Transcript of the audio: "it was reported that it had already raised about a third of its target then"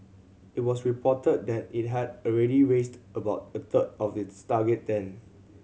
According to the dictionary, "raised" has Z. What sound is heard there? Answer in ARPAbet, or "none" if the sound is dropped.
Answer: S